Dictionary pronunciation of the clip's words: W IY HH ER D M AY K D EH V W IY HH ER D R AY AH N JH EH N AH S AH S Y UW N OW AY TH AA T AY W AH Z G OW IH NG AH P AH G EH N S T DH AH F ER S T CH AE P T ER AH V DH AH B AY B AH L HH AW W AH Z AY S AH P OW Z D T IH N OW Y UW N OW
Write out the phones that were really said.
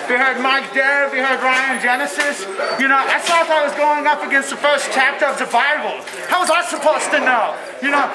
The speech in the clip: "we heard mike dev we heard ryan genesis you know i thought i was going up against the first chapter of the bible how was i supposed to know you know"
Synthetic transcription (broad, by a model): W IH HH ER D M AY K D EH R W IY HH ER D R AY AH N JH EH N AH S AH S Y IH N OW AY S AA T AY W AH Z G OW IH NG AH P AH G EH N S T DH AH F ER S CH AE P T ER AH V DH AH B AY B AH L HH AW W AH Z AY S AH P OW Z T IH N OW Y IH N OW